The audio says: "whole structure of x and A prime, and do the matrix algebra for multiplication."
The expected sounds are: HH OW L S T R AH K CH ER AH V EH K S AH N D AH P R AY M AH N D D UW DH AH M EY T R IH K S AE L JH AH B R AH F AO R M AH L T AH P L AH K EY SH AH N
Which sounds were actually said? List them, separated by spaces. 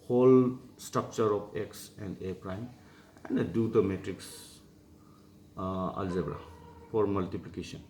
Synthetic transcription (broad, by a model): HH OW L S T R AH K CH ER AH P EH K S AH N D AH P R AY M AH N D D UW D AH M EY T R IH K S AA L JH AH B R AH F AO R M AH L T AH P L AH K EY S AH N